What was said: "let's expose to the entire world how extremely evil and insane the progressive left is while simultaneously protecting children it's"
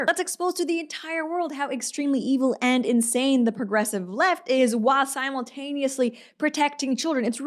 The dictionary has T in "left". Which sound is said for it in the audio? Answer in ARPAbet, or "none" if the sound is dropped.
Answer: T